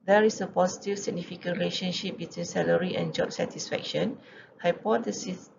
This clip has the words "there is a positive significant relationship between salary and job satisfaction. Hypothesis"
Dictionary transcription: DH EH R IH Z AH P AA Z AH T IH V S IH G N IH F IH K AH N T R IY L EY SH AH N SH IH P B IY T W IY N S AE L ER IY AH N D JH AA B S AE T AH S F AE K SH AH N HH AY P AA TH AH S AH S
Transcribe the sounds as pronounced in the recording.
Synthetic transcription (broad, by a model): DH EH R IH S AH P AA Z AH T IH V S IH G N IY F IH K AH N R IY L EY SH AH N SH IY P B IY T W IY N S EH L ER IY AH N JH AA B S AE T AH S F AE K SH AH N HH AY P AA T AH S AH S